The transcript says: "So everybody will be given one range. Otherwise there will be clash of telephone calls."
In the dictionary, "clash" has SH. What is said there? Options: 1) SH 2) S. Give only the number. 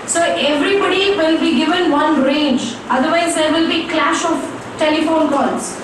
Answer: 1